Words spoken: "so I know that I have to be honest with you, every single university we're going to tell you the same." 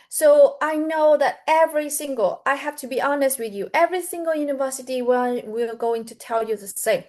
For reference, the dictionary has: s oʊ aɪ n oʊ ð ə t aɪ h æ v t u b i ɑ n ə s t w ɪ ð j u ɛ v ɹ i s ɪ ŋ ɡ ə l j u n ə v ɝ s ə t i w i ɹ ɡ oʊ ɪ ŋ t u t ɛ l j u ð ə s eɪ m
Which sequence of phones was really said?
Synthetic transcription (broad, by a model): s oʊ aɪ n oʊ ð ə t aɪ h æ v t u b i ɑ n ə s t w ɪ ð j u ɛ v ɹ i s ɪ ŋ ɡ ə l j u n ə v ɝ s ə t i w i l ɡ oʊ ɪ ŋ t u t ɛ l j u ð ə s eɪ m